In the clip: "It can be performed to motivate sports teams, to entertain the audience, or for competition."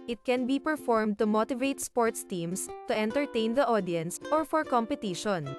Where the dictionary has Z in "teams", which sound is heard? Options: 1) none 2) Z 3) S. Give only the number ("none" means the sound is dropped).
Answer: 3